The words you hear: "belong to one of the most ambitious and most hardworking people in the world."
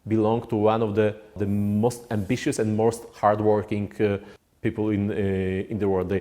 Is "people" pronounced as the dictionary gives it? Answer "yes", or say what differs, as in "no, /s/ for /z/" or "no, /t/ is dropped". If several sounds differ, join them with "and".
no, /n/ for /l/